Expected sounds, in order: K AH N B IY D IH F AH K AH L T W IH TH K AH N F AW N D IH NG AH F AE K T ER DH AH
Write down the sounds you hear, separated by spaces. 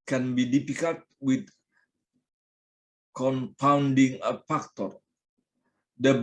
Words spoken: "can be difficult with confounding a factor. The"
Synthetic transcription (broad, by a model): K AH N B IY D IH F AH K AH L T W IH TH K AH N P AW N D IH NG AH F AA K T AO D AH